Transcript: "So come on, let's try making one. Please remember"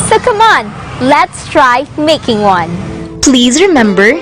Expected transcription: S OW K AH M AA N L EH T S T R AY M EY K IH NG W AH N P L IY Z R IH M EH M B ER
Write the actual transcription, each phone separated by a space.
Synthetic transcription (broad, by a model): S OW K AH M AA N L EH T S T R AY M EY K IH NG W AH N P L IY Z R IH M EH M B ER